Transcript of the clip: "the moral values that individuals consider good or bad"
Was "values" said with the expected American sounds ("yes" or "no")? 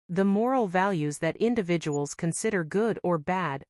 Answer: yes